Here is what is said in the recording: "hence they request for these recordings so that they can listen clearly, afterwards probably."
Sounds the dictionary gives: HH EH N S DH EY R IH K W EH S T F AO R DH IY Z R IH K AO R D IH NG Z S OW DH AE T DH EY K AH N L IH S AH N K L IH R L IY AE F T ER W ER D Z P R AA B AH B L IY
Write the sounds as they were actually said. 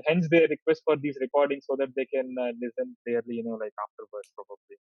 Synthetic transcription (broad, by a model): HH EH N S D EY R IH K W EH S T F AO R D IY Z R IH K AO R D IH NG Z S OW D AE T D EY K AH N L IH S AH N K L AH R L IY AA F T ER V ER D S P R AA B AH B L IY